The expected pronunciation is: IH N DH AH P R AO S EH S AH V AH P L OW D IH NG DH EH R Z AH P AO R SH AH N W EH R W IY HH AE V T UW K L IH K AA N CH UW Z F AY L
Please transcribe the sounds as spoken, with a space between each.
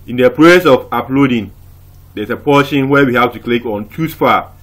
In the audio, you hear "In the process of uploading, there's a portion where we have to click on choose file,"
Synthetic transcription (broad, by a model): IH N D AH P R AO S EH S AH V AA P L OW D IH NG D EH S AH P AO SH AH N W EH W IY HH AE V T UW K L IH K AA N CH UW S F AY